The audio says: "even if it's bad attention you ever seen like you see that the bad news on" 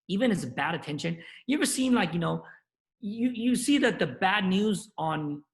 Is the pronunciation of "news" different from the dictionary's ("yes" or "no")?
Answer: no